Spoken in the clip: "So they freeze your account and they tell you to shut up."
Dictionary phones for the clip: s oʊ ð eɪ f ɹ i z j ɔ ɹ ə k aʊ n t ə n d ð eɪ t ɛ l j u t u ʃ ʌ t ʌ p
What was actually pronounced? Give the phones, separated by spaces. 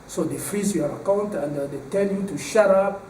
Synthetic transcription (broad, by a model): s oʊ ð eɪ f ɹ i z j ɔ ɹ ə k aʊ n t ə n d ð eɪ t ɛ n j u t u ʃ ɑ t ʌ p